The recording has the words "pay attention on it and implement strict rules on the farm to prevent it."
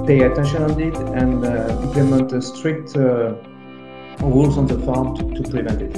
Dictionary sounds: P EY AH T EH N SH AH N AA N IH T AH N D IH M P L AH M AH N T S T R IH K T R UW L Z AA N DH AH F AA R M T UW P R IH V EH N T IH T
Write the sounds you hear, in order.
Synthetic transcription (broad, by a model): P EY AH T EH N SH AH N AA N IH T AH N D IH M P L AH M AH N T S T R IH K T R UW L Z AA N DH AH F AA R M T UW P R IH V EH N T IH T